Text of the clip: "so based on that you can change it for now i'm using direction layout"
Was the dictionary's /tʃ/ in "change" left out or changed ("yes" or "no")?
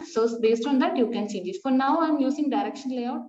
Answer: yes